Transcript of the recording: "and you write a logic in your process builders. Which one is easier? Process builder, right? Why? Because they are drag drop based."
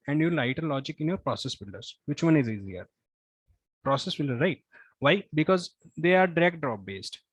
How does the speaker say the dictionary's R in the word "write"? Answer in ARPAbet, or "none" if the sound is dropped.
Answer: L